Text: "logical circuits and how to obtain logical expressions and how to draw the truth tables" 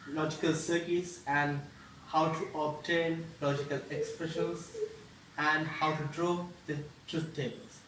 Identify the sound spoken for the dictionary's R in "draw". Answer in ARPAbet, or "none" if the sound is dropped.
R